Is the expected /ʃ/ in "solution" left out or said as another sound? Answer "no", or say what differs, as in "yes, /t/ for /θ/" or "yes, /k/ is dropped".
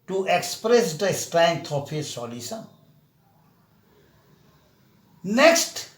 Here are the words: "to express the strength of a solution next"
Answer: yes, /s/ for /ʃ/